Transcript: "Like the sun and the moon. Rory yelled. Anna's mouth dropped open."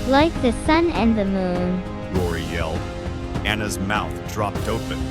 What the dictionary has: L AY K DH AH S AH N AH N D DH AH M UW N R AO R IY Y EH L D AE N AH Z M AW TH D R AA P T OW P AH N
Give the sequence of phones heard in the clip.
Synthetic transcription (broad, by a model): L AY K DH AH S AH N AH N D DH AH M UW N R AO R IY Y EH L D AE N AH Z M AW TH D R AA P T OW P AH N